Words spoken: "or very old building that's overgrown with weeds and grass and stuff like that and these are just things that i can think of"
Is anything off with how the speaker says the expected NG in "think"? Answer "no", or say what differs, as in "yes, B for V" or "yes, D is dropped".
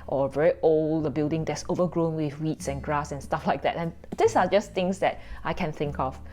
no